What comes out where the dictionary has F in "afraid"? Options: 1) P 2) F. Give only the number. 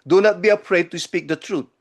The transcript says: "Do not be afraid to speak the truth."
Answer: 1